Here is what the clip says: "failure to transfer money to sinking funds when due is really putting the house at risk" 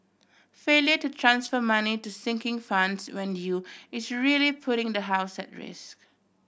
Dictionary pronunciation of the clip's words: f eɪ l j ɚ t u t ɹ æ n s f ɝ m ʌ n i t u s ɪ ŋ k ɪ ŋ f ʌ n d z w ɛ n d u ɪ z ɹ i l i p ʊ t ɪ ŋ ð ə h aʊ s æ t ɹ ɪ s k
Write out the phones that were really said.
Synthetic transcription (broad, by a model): f eɪ l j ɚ t u t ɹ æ n s f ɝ m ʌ n i t u s ɪ ŋ k ɪ ŋ f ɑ n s w ɛ n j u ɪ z ɹ i l i p ʊ t ɪ ŋ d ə h aʊ s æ t ɹ ɪ s k